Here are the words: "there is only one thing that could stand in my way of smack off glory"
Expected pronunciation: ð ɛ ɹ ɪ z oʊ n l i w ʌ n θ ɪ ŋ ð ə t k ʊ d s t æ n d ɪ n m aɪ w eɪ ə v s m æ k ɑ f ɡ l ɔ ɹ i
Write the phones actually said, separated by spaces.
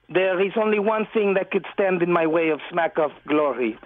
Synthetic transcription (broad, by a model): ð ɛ ɹ ɪ z oʊ n l i w ʌ n θ ɪ ŋ ð ə t k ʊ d s t æ n d ɪ n m aɪ w eɪ ə v s m æ k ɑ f ɡ l ɔ ɹ i